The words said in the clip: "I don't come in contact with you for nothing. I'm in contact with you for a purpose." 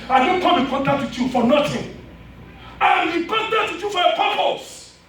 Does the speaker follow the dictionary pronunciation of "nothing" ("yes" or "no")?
no